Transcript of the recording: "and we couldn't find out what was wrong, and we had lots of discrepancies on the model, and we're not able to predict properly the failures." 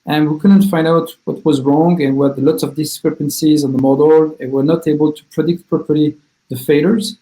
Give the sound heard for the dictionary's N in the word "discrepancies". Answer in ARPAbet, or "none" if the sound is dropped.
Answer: N